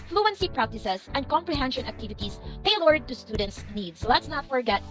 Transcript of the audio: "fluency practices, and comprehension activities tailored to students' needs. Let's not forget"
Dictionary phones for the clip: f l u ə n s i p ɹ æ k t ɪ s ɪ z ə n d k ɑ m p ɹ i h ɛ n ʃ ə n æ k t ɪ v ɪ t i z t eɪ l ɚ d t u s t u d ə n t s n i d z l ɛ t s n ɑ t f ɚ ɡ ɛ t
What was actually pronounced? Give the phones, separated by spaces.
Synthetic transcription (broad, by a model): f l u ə n s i p ɹ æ k t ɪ s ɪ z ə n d k ɑ m p ɹ i h ɛ n ʃ ə n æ k t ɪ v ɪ t i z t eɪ l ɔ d t u s t u d ə n t s n i d s l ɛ t s n ɑ t f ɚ ɡ ɛ t